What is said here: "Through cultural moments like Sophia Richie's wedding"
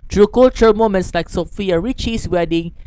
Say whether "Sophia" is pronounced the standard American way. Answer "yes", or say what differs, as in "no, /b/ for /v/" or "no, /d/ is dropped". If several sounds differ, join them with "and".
yes